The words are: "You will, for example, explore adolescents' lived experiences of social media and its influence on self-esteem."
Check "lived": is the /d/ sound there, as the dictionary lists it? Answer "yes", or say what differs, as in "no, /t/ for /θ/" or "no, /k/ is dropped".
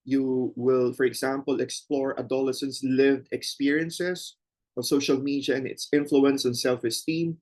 yes